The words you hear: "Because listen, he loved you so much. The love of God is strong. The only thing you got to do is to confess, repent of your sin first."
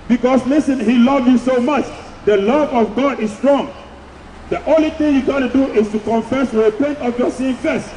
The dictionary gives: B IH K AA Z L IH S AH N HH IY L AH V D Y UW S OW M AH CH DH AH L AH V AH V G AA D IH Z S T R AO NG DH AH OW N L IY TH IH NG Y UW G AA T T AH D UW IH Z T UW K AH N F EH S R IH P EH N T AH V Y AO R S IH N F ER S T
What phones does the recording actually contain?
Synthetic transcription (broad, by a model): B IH K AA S L IH S AH N HH IY L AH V Y UW S OW M AH CH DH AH L AH V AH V G AA D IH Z S T R AO NG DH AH OW N L IY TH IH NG Y UW G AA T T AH D UW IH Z T UW K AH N F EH S W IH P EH N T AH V Y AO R S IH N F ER S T